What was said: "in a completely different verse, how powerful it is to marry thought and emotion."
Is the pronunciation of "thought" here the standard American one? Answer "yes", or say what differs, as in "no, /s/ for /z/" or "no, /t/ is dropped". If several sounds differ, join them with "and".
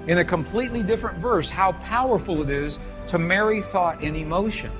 yes